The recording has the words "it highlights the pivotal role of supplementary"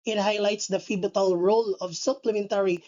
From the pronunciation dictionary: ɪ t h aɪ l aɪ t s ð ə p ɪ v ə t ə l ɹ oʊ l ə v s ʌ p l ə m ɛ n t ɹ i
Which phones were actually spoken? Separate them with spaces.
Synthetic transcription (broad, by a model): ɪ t h aɪ l aɪ t s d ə f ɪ b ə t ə l ɹ oʊ l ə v s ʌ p l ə m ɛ n t ɹ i